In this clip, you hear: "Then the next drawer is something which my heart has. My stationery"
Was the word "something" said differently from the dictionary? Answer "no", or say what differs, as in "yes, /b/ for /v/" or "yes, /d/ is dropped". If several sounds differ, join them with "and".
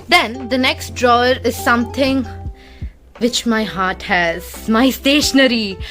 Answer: yes, /t/ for /θ/